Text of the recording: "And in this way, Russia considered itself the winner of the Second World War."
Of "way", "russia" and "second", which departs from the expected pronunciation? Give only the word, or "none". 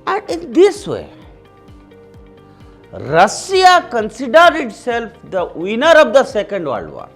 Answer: russia